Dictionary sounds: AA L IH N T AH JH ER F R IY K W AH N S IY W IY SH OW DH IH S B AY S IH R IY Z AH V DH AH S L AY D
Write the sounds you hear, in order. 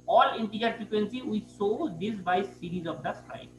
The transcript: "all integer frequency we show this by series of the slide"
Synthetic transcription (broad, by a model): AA L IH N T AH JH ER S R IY K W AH N S IY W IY S OW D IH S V AY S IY R IY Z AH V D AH S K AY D